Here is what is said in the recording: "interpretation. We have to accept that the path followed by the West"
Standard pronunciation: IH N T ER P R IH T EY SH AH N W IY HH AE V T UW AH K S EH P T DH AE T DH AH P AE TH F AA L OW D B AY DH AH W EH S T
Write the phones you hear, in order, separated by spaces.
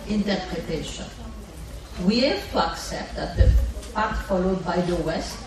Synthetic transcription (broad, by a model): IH N T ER P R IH T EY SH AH N W IY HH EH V T UW AH K S EH P T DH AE T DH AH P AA T F AA L OW D B AY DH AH W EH S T